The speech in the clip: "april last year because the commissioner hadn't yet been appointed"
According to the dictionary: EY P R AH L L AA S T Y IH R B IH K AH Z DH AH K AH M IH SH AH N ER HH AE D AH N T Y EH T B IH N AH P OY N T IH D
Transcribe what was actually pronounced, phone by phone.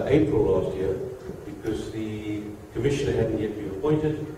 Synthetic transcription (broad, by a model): EY P R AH L L AA S T Y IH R B IH K AH Z DH AH K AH M IH SH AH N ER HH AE D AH N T Y EH T B IH N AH P OY N T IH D